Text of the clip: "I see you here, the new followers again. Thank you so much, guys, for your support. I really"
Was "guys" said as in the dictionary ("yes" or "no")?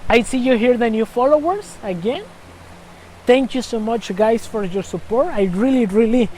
no